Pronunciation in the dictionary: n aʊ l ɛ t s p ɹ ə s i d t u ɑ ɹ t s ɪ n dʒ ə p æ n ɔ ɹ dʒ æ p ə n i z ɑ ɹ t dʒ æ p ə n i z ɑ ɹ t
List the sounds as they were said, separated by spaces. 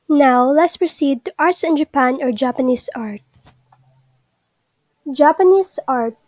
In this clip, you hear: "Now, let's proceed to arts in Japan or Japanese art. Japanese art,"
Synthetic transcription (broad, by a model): n aʊ l ɛ t s p ɹ ə s i d t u ɑ ɹ t s ɪ n dʒ ə p æ n ɔ ɹ dʒ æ p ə n i s ɑ ɹ t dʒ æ p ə n i s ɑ ɹ t